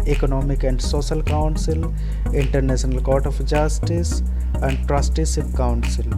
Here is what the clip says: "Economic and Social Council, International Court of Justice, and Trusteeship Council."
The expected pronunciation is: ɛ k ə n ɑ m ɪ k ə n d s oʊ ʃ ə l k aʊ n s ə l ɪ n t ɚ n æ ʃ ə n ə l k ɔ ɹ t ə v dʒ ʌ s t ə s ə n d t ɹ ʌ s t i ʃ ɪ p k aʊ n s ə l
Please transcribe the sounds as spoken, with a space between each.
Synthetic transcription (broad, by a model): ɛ k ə n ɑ m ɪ k ə n d s oʊ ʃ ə l k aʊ n s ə l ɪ n t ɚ n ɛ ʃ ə n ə l k ɔ ɹ t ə f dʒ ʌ s t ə s ə n d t ɹ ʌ s t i s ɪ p k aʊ n s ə l